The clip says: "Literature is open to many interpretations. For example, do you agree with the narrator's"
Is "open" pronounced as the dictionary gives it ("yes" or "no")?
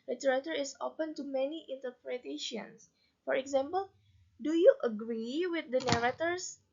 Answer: yes